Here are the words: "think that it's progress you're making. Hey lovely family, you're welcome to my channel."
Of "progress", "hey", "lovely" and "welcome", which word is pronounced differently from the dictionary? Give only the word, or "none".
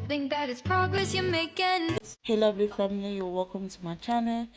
lovely